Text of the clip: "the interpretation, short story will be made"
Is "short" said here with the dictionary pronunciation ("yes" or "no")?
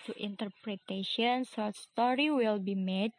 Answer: no